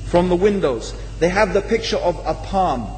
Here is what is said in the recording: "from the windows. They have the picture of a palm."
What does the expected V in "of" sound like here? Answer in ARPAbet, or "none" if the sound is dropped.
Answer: V